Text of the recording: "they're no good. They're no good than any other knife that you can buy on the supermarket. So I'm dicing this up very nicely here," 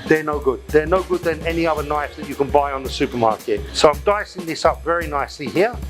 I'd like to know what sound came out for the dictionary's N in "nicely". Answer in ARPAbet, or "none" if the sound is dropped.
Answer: N